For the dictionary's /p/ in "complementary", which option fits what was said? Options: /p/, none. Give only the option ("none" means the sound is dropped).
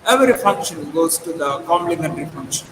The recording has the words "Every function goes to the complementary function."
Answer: none